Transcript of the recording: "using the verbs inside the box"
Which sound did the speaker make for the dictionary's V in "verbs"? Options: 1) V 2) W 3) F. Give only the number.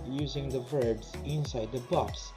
1